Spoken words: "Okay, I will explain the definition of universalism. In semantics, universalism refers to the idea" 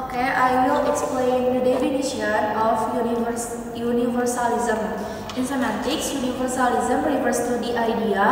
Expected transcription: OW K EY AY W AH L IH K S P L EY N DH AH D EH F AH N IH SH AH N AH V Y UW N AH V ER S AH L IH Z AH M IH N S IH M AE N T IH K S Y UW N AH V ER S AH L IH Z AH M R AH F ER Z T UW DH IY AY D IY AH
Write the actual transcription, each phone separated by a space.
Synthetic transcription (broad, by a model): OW K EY AY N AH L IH K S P L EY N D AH D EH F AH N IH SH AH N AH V Y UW N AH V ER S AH L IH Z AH M IH N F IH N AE T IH K S Y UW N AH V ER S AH L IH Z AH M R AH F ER S T UW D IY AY D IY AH